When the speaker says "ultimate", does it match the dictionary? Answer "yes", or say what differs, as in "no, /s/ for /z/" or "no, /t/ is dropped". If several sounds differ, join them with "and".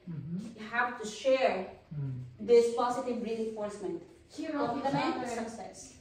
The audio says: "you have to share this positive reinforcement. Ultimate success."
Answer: no, /l/ is dropped